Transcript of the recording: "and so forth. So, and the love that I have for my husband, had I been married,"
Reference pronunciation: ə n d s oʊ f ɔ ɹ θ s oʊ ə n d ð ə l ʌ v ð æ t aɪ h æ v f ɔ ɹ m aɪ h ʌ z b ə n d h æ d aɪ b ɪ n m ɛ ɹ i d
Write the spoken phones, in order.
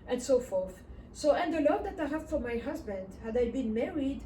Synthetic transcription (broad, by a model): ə n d s oʊ f ɔ ɹ θ s oʊ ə n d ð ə l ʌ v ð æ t aɪ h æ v f ɔ ɹ m aɪ h ʌ z b ə n d h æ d aɪ b ɪ n m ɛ ɹ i d